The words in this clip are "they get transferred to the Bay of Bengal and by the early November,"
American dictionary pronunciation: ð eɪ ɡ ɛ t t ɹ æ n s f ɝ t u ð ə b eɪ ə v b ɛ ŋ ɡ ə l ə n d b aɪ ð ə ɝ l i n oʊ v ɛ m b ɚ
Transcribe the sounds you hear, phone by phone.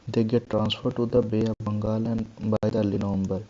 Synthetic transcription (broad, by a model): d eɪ ɡ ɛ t t ɹ æ n s f ɝ t u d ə b eɪ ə b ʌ ŋ ɡ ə l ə n b aɪ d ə l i n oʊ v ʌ m b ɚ